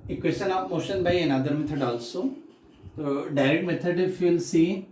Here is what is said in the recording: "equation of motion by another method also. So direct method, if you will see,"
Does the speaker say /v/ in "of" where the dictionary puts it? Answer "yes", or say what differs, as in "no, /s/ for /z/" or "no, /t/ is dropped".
no, /p/ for /v/